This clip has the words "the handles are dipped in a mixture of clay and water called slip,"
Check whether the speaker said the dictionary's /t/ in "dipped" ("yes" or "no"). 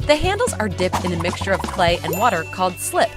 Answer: yes